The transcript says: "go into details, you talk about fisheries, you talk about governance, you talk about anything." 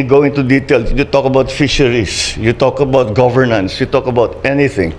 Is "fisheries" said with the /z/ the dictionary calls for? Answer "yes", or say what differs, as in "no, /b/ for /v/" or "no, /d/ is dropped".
no, /s/ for /z/